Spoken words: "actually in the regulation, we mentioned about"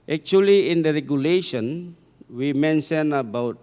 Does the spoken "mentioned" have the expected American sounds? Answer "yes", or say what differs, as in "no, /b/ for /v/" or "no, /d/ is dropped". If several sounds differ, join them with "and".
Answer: no, /d/ is dropped